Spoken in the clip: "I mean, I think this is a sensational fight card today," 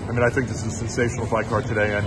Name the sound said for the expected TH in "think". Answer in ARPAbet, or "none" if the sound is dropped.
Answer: TH